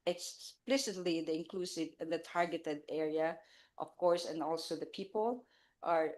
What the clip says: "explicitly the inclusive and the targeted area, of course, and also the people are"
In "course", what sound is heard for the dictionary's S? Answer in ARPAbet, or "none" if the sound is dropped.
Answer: S